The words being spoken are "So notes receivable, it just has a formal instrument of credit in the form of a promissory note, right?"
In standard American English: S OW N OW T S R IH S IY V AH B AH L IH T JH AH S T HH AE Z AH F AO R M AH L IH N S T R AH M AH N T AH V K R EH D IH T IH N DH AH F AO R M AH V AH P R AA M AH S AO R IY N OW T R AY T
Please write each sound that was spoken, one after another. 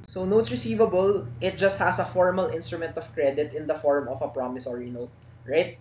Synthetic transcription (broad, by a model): S OW N OW T S R IH S IY V AH B AH L IH T JH AH S T HH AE S AH F AO R M AH L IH N S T R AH M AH N T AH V K R EH D IH T IH N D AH F AO R M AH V AH P R AA M AH S AO R IY N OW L R AY T